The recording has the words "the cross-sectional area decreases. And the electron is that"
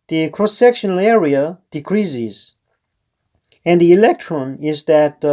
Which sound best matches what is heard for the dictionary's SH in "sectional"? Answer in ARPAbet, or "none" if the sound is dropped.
SH